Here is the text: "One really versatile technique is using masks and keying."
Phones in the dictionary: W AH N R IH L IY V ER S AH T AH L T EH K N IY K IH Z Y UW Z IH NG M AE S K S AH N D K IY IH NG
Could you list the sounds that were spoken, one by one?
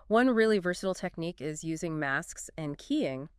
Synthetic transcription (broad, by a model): W AH N R IH L IY V ER S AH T L T EH K N IY K IH Z Y UW Z IH NG M AE S K S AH N K IY IH NG